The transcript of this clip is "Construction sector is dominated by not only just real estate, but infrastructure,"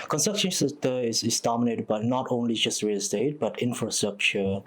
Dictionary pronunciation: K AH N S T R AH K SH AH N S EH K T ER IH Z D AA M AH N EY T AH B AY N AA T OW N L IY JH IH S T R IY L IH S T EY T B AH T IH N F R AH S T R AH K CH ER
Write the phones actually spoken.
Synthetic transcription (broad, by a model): K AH N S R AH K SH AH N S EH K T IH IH S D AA M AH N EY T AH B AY N AA T OW N L IY JH IH S T R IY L S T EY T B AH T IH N F R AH S T R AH K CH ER